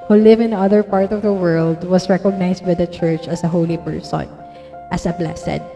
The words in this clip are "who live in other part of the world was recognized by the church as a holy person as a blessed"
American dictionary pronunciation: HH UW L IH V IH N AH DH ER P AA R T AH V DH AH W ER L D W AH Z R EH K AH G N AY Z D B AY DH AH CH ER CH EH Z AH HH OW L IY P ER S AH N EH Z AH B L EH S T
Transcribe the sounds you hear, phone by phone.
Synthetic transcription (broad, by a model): HH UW L IH V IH N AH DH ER P AA R T AH V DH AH W ER L D W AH S R EH K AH G N AY S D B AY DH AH CH ER CH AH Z AH HH OW L IY P ER S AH N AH S AH B L EH S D